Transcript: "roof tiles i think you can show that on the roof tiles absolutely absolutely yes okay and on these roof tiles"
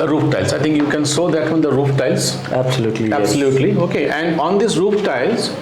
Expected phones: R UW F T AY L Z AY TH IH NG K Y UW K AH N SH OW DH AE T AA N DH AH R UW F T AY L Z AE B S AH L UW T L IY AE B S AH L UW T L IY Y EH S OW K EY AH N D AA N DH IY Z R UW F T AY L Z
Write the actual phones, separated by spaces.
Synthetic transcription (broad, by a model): R UW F T AY L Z AY T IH NG K Y UW K AH N S OW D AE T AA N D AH R UW F T AY L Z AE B S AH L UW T L IY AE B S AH L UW T L IY OW K EY AH N D AA N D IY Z R UW F T AY L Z